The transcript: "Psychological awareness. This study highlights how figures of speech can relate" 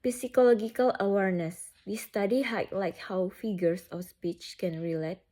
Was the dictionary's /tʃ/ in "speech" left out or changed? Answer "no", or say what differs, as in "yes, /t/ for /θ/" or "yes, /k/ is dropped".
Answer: no